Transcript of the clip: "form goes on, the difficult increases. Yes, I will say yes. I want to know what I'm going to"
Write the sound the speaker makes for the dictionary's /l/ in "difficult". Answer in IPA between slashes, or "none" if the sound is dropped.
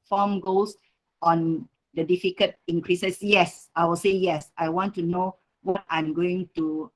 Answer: none